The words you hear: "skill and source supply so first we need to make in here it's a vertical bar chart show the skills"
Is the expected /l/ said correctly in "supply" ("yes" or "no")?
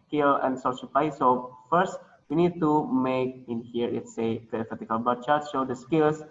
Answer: no